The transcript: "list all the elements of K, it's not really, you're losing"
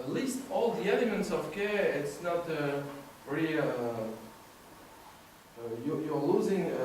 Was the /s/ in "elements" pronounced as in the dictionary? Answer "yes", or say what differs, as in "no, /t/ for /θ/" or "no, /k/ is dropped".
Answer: yes